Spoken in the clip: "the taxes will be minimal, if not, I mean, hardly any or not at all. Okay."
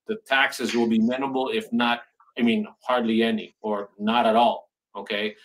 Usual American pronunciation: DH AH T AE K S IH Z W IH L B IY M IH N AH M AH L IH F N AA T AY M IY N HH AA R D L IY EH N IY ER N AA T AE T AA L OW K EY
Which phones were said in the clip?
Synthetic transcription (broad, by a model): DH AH T AE K S IH Z W IH L B IY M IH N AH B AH L IH F N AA T AY M IY N HH AA R D L IY EH N IY ER N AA T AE T AA L OW K EY